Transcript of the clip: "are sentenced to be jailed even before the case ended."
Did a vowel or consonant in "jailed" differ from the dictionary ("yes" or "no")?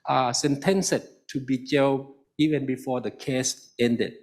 yes